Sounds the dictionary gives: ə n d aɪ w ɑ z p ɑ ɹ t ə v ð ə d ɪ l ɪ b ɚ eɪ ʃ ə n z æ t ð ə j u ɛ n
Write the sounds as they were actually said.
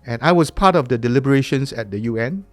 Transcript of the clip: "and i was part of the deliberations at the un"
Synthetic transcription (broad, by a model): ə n aɪ w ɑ s p ɑ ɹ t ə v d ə d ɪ l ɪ b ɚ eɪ ʃ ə n s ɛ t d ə j u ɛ n